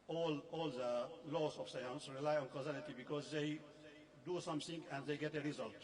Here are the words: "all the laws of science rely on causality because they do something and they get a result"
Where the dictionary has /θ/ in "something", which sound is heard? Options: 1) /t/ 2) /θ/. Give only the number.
1